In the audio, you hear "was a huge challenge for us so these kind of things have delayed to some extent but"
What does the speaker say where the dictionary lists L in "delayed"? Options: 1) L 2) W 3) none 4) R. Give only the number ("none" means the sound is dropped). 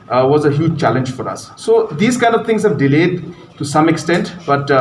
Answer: 1